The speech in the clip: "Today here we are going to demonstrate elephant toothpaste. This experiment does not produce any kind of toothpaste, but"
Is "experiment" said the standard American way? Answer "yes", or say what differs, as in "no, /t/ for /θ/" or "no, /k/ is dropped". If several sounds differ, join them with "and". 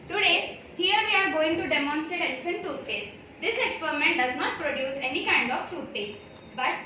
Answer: yes